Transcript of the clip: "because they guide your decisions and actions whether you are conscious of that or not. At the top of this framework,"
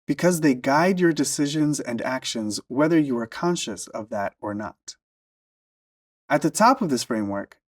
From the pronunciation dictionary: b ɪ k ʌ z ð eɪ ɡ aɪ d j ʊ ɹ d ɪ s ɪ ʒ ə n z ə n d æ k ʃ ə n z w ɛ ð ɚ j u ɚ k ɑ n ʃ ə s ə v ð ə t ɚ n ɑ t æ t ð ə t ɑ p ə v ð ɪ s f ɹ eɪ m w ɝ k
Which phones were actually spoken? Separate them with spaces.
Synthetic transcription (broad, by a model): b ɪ k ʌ z ð eɪ ɡ aɪ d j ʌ ɹ d ɪ s ɪ ʒ ə n z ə n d æ k ʃ ə n z w ɛ ð ɚ j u ɚ k ɑ n ʃ ə s ə v ð ə t ɚ n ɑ t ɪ t ð ə t ɑ p ə v ð ɪ s f ɹ eɪ m w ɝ k